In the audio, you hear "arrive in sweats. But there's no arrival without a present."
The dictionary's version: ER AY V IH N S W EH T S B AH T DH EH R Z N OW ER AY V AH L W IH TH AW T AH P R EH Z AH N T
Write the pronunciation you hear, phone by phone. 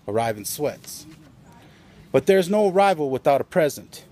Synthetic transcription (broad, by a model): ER AY V IH N S W EH T S B AH T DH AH R Z N OW ER AY V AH L W IH TH AW T AH P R EH Z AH N T